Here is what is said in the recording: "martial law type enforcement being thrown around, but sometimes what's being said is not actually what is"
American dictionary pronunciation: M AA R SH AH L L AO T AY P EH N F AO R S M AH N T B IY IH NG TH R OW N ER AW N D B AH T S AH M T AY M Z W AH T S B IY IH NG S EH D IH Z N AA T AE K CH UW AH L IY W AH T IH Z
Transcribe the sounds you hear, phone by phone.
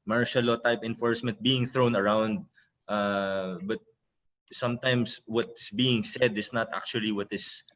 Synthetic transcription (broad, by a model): M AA R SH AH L L AO T AY P EH N F AO R S M AH N T B IY IH NG TH R OW N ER AW N D B AH T S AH M T AY M S W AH T S B IY IH NG S EH D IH S N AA T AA K CH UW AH L IY W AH T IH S